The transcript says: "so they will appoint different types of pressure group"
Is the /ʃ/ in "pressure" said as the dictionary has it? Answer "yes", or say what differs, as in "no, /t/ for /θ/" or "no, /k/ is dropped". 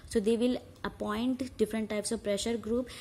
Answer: yes